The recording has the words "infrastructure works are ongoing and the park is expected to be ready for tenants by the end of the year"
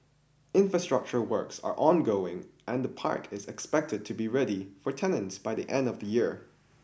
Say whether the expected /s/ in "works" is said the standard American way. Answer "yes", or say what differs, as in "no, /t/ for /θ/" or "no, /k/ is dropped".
yes